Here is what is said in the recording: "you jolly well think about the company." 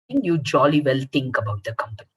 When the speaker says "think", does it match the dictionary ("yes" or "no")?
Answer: no